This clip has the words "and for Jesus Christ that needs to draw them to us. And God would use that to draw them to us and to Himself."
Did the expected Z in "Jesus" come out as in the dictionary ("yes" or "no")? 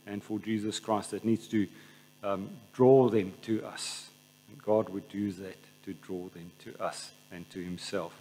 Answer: yes